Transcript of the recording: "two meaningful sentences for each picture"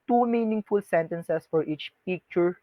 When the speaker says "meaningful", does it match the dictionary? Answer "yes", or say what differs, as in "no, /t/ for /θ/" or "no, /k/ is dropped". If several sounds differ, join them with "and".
yes